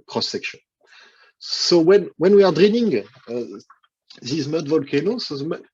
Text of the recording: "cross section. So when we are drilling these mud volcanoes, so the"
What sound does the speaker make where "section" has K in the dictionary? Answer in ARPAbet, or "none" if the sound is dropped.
K